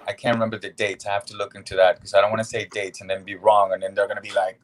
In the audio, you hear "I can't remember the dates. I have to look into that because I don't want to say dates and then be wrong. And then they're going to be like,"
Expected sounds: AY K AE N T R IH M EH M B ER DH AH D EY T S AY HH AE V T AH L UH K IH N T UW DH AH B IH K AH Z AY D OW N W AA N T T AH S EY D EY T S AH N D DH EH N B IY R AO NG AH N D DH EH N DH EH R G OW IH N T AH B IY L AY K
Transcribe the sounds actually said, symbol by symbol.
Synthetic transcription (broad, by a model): AY K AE N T R IH M EH M B ER DH AH D EY T S AY HH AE F T AH L UH K IH N T UW DH AH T K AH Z AY D OW N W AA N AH S EY D EY T S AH N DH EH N B IY R AO NG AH N DH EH N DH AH R G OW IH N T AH B IY L AY K